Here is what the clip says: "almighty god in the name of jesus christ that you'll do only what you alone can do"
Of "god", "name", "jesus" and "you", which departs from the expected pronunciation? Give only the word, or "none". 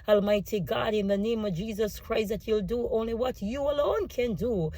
none